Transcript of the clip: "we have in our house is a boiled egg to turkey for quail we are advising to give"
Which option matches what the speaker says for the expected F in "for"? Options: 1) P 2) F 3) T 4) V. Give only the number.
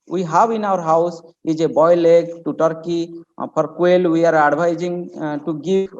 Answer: 1